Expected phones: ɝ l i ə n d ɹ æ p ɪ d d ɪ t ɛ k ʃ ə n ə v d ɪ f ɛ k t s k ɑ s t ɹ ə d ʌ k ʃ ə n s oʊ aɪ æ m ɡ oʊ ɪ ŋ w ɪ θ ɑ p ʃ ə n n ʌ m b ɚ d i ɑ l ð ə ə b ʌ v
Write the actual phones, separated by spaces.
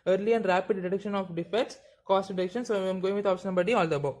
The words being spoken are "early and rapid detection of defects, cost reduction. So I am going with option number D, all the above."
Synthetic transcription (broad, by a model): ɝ l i ə n d ɹ æ p ɪ d d ɪ t ɛ k ʃ ə n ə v d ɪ f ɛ t s k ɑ s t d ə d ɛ k ʃ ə n s oʊ aɪ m ɡ oʊ ɪ ŋ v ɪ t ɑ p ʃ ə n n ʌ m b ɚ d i ɑ l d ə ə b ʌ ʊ